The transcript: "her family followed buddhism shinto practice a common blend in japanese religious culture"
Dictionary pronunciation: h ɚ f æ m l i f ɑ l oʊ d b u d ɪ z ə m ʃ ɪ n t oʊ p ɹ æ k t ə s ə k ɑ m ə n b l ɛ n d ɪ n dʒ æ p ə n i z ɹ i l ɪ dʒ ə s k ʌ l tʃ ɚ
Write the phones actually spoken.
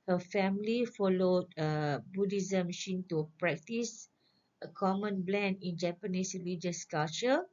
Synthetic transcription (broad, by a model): h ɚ f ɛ m l i f ɑ l oʊ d b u d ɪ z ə m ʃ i n t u p ɹ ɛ k t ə s ə k ɑ m ə n b l ɛ n d ɪ n dʒ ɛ p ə n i s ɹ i l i dʒ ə s k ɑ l tʃ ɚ